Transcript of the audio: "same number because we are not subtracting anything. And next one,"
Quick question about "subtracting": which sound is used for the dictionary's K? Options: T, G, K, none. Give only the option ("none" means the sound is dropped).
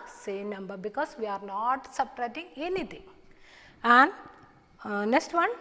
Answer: none